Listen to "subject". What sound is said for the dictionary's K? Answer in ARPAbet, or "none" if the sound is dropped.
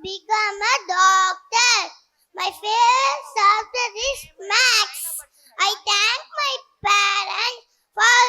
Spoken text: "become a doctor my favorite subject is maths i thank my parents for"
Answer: none